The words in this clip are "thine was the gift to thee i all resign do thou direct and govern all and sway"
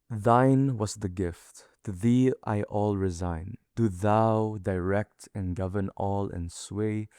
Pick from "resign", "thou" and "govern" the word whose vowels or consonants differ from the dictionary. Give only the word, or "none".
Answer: none